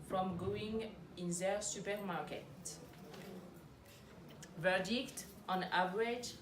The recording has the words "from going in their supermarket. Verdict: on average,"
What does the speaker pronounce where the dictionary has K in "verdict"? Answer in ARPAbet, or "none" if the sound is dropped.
K